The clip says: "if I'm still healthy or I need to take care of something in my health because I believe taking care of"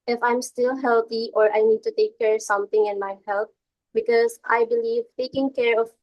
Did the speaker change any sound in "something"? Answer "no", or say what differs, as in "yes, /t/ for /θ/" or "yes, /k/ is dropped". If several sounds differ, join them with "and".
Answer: yes, /t/ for /θ/